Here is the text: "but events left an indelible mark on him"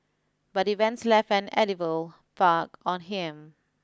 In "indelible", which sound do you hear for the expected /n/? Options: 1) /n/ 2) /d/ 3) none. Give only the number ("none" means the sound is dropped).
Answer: 3